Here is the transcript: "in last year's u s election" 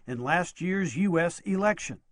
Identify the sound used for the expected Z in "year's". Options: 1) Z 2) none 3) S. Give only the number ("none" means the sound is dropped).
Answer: 1